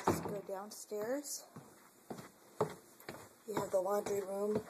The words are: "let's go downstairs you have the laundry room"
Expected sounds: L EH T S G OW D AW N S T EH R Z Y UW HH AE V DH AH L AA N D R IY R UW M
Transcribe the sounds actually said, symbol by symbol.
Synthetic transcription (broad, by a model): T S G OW D AW N S T EH R Z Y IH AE V DH AH W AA N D R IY R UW M